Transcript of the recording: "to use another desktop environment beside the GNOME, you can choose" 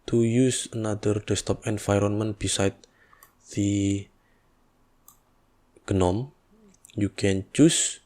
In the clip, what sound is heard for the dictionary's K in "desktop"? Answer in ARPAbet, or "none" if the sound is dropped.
none